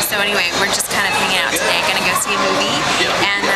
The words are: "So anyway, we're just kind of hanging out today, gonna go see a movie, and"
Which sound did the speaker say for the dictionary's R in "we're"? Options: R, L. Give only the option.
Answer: R